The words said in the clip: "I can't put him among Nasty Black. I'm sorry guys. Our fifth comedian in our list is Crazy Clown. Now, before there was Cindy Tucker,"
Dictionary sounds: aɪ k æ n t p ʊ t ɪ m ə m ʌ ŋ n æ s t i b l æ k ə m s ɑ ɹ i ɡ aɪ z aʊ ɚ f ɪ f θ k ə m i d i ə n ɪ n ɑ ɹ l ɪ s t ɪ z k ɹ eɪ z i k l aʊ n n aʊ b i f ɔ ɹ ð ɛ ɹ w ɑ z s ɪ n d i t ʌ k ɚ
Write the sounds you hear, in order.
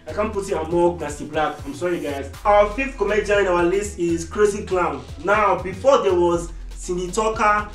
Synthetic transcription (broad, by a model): aɪ k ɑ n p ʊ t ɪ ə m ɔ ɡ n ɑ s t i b l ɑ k ə m s ɑ ɹ i ɡ aɪ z aʊ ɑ f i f t k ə m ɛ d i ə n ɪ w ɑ l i s t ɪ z k ɹ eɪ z i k l aʊ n n aʊ b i f ɔ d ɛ w ɑ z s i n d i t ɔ k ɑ